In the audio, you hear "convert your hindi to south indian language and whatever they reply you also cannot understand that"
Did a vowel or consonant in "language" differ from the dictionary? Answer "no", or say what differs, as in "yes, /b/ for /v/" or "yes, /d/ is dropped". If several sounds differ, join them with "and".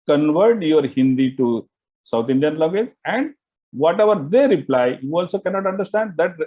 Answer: yes, /ŋ/ is dropped